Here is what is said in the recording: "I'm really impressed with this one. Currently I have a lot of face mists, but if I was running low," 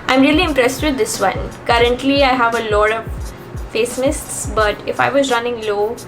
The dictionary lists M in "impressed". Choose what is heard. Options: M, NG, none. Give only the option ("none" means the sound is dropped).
M